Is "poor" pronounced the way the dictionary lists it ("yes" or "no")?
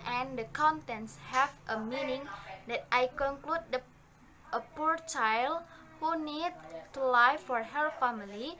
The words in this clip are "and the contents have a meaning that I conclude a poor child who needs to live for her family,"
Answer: yes